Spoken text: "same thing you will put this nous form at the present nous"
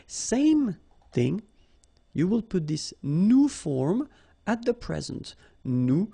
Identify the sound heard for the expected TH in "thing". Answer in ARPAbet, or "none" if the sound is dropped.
TH